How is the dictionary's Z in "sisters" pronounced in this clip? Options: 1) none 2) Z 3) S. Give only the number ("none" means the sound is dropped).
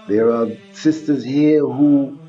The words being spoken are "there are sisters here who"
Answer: 2